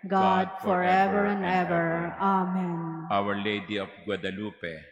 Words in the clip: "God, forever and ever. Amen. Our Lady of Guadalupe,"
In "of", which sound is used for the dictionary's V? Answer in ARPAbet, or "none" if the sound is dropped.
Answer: P